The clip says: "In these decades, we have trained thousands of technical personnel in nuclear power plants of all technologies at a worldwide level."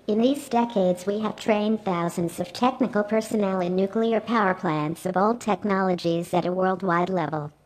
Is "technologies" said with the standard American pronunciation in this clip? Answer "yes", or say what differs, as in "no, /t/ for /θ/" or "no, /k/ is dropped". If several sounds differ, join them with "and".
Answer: yes